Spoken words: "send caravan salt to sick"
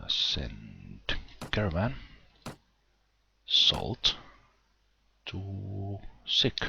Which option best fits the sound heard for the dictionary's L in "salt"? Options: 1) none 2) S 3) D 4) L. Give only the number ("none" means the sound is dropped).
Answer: 4